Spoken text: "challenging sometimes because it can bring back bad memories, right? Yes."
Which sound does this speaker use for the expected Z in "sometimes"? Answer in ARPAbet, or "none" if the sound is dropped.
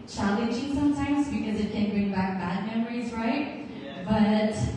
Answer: Z